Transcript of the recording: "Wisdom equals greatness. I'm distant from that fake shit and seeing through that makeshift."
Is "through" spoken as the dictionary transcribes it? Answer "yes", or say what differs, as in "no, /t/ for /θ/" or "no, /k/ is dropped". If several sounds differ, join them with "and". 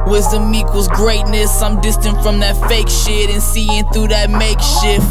yes